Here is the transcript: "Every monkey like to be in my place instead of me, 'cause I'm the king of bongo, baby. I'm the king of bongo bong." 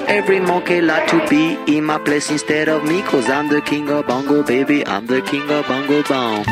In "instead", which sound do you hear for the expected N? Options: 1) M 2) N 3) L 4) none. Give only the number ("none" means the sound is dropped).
2